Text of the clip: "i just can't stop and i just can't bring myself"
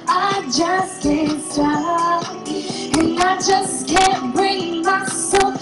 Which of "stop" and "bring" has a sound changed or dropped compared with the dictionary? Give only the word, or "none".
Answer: stop